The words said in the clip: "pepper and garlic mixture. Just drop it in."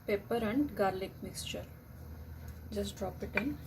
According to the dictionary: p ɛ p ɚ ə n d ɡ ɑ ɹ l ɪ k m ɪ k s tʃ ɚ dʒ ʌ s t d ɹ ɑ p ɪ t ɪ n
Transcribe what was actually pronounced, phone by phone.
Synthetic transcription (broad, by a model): p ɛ p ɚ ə n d ɡ ɑ ɹ l ɪ k m ɪ k s tʃ ɚ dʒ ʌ s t d ɹ ɑ p ɪ t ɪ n